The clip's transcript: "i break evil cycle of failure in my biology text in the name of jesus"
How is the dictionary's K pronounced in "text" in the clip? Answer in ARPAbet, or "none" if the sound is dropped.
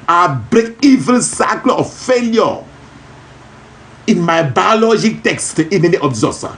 K